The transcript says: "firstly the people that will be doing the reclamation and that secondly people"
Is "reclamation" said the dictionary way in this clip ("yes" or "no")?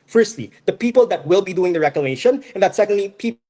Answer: no